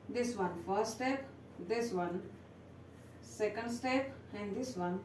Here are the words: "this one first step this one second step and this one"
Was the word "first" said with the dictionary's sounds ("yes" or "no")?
no